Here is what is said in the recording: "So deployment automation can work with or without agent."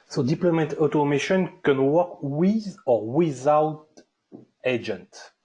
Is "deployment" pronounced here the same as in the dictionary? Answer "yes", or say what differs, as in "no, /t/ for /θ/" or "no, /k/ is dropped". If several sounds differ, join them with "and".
no, /n/ is dropped